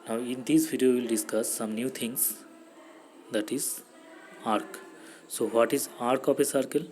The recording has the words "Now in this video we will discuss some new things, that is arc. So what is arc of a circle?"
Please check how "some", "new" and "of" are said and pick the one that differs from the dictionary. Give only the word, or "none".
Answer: of